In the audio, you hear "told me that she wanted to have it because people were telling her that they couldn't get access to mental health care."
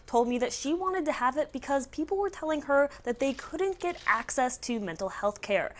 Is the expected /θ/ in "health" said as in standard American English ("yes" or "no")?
yes